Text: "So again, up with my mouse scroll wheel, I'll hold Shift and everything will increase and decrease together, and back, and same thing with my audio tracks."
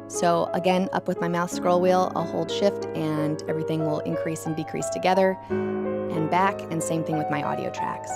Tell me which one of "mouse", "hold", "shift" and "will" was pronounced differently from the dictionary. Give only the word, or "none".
mouse